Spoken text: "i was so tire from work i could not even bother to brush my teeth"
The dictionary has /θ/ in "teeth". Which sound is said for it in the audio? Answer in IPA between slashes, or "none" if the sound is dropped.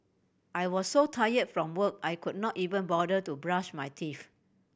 /f/